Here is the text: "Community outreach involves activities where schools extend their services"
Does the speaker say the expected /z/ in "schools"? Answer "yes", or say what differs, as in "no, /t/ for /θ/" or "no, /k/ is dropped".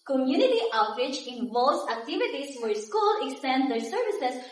no, /z/ is dropped